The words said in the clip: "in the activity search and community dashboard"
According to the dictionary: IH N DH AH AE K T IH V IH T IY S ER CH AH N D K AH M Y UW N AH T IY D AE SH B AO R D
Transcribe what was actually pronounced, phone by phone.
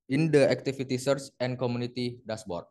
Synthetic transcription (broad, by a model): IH N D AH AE K T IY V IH T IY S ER S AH N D K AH M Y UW N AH T IY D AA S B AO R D